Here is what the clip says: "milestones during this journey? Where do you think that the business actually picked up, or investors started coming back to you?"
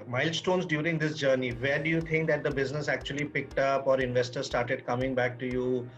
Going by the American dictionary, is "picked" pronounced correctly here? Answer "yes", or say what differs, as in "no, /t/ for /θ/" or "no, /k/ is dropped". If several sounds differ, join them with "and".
yes